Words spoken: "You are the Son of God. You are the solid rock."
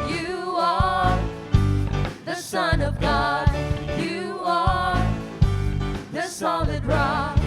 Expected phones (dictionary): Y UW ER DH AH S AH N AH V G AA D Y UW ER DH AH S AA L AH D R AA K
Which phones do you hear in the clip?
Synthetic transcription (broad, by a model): Y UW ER DH AH S AH N AH V G AA D Y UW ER DH AH S AA L AH D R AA